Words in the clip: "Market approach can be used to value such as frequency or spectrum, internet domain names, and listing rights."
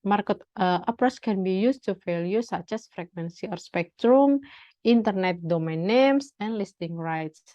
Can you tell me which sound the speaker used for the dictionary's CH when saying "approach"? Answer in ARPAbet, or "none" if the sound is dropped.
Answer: S